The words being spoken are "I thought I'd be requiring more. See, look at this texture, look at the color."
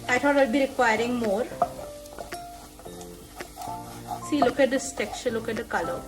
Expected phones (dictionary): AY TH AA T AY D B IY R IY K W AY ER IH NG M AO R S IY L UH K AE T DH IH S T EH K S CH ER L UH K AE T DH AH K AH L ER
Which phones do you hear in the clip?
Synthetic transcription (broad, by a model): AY T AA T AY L B IY R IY K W AY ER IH NG M AO R S IY L UH K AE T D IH S T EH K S ER L UH K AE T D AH K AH L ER